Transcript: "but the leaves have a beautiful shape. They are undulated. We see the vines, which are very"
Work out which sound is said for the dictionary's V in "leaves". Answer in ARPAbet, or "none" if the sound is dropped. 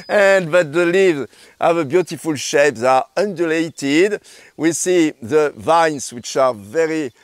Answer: V